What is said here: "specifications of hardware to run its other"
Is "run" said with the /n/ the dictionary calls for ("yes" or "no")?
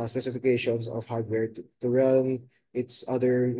no